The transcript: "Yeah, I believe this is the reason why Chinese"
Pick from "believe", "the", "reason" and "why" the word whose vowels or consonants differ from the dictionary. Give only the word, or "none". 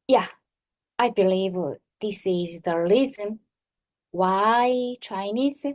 reason